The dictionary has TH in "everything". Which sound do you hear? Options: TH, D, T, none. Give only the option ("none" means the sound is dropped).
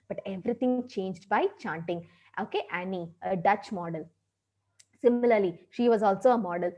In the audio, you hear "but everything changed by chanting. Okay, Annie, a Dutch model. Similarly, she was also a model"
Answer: T